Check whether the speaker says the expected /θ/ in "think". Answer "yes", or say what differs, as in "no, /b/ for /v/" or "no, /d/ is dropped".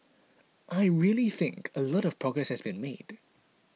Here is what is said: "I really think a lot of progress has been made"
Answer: yes